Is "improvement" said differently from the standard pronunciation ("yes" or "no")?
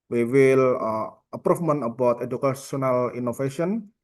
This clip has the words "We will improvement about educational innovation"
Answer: yes